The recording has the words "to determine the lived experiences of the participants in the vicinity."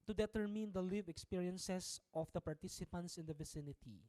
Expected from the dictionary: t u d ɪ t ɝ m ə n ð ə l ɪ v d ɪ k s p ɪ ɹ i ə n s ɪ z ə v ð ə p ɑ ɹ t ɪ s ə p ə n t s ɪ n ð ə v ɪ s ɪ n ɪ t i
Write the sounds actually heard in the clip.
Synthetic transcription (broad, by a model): t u d ɪ t ɝ m ə n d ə l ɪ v ɪ k s p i ɹ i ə n s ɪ s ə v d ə p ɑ ɹ t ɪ s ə p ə n t s ɪ n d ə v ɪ s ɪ n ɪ t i